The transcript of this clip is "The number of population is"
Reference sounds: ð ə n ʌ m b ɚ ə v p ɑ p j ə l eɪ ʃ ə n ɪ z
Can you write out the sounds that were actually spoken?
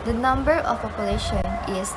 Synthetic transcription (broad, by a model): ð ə n ʌ m b ɚ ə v p ɑ p j ə l eɪ ʃ ə n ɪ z